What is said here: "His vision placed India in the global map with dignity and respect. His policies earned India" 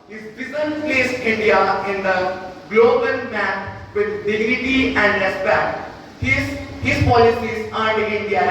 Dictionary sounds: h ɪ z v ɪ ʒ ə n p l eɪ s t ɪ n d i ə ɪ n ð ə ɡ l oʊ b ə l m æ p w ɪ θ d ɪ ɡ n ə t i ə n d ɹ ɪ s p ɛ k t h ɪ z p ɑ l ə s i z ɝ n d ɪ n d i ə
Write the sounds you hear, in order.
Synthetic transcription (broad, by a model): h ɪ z b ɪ z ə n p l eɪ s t ɪ n d i ə ɪ n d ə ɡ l oʊ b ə n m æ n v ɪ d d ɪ ɡ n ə t i ə n d ɹ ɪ s p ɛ k t h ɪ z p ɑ l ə s i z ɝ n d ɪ n d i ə